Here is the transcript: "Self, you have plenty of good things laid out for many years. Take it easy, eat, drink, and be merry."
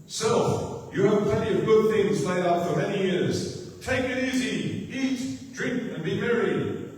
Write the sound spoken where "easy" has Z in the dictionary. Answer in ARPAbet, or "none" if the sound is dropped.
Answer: Z